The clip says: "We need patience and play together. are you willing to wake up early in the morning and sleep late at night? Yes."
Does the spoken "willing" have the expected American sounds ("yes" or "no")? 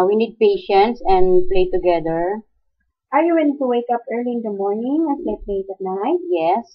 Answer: no